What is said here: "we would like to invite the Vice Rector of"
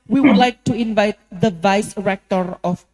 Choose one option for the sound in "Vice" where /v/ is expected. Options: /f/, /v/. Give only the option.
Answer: /v/